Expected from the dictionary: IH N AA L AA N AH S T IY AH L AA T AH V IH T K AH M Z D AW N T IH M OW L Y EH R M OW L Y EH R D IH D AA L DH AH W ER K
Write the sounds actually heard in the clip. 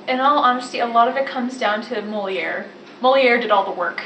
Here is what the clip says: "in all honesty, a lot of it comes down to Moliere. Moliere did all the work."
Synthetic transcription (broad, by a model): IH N AA L AA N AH S T IY AH L AA T AH V IH T K AH M Z D AW N T IH M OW L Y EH R M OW L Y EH R D IH D AA L DH AH W ER K